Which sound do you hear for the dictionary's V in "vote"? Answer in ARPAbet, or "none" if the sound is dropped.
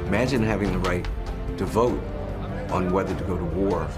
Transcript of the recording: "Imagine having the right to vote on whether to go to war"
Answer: V